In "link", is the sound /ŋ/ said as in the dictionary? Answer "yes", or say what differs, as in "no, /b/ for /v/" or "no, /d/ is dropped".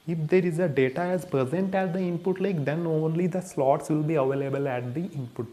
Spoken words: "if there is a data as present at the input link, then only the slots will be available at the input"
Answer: no, /ŋ/ is dropped